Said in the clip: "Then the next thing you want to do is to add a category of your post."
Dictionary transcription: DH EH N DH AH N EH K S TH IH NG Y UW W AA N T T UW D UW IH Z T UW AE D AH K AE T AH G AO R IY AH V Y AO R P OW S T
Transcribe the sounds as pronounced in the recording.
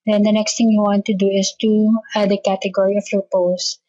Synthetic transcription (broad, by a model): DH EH N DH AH N EH K S T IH NG Y UW W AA N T T UW D UW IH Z T UW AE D AH K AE T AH G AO R IY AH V Y AO R P OW S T